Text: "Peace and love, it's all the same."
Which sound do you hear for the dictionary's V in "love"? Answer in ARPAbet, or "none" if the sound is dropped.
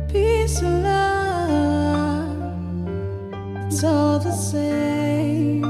none